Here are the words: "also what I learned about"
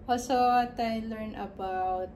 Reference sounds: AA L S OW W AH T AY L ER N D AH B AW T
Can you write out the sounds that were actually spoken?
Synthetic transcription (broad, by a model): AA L S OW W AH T AY L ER N AH B AW T